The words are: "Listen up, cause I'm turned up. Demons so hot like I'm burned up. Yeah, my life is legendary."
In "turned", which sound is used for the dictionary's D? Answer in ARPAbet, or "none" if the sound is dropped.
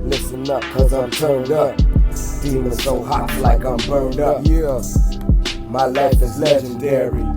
D